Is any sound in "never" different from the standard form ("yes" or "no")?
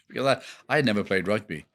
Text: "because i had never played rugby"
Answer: no